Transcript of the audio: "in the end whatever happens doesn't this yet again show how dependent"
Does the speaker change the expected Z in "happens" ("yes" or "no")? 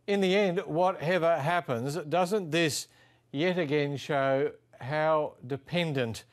no